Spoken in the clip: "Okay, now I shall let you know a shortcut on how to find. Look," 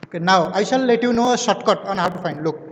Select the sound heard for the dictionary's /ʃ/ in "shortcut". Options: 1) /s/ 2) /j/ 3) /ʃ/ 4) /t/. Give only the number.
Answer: 1